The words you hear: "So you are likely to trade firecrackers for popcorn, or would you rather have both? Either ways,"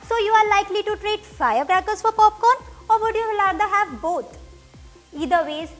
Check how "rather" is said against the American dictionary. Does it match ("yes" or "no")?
no